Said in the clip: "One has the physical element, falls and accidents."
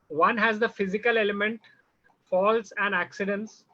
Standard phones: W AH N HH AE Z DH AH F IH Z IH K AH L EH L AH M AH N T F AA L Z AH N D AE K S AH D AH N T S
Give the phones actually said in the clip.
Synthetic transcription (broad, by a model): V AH N HH AE Z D AH F IH Z IH K AH L EH L AH M AH N T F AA L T AH N D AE K S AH D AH N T S